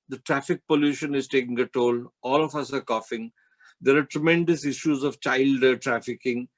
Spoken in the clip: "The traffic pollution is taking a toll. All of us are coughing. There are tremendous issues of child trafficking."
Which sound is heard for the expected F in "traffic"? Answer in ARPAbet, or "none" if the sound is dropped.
F